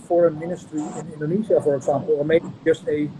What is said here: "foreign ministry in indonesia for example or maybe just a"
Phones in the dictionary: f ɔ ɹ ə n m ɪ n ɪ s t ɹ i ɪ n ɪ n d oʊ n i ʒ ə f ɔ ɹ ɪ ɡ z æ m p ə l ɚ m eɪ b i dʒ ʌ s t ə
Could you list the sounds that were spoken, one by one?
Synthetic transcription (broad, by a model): f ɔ ɹ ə n m ɪ n ɪ s t ɹ i ɪ n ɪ n d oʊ n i z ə f ɔ ɹ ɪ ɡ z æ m p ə l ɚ m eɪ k dʒ ʌ s t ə